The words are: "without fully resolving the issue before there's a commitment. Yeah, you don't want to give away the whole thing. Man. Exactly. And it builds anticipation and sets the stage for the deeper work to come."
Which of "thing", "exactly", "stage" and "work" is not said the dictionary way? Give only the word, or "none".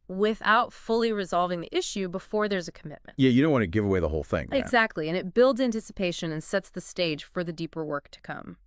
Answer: none